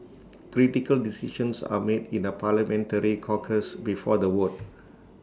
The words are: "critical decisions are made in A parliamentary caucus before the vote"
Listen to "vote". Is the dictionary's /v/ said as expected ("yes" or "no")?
no